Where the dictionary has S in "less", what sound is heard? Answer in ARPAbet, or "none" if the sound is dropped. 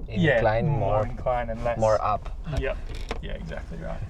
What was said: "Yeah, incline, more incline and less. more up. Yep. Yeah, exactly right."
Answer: none